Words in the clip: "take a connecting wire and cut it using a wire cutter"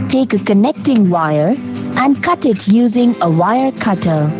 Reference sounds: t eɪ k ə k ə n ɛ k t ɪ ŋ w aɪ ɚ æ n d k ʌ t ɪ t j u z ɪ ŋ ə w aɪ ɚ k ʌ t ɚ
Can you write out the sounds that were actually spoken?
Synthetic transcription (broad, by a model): t eɪ k ə k ə n ɛ k t ɪ ŋ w aɪ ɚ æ n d k ʌ t ɪ t j u z ɪ ŋ ə w aɪ ɚ k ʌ t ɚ